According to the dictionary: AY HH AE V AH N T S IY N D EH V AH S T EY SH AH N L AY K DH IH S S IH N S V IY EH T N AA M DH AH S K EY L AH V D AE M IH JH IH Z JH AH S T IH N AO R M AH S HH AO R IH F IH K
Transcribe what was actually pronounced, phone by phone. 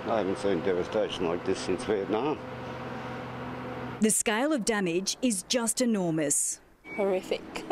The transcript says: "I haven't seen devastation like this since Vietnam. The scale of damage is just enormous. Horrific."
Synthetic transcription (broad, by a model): AY HH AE V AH N T S IY N D EH V AH S T EY SH AH N L AY K DH IH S S IH N S W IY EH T N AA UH DH AH S K EY L AH V D AE M IH JH IH Z JH AH S T IH N AO R M AH S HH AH R IH F IH K